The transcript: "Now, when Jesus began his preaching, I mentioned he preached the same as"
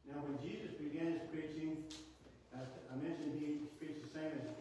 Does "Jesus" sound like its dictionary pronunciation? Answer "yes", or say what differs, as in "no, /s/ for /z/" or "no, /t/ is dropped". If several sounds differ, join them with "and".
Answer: yes